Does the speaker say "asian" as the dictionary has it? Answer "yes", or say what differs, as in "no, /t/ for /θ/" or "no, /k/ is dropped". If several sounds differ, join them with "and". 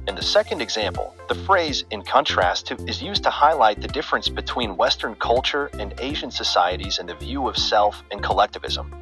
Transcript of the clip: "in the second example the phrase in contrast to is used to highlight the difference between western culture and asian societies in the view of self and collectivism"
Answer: yes